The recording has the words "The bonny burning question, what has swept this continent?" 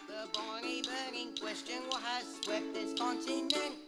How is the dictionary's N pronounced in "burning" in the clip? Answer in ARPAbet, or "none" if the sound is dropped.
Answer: none